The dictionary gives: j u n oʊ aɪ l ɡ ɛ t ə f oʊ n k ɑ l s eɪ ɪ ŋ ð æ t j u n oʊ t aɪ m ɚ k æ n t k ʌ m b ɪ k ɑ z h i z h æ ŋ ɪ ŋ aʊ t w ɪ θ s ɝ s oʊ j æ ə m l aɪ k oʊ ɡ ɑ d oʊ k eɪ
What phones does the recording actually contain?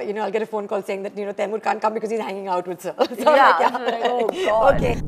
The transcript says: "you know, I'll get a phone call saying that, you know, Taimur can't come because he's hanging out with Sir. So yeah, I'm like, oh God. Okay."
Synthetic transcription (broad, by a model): j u n oʊ aɪ l ɡ ɛ t ə f oʊ n k ɑ l s eɪ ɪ ŋ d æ t j u n oʊ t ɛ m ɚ k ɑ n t k ʌ m b ɪ k ɑ z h i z h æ ŋ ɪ ŋ aʊ t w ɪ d s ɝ s oʊ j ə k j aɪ oʊ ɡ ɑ oʊ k eɪ